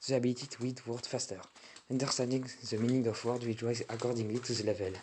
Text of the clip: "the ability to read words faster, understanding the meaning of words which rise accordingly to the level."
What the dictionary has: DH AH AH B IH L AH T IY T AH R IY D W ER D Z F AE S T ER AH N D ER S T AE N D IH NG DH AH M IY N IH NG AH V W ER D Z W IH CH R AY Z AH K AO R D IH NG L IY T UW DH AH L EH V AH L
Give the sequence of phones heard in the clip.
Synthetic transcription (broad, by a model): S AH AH B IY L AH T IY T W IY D W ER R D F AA S T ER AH N D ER S T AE N D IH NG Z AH M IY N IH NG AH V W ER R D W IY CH W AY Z AH K AO R D IH NG L IY T UW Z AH L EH V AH L